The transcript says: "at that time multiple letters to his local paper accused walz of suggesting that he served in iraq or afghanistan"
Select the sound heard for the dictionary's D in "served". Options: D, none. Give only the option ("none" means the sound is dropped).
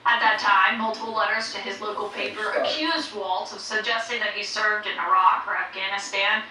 D